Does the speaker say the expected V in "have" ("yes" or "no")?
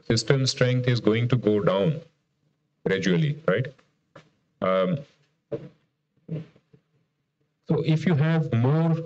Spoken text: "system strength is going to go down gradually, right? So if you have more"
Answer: yes